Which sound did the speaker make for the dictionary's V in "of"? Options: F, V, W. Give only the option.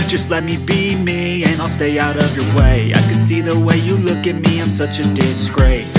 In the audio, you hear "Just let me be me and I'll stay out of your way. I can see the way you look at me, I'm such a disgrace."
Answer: V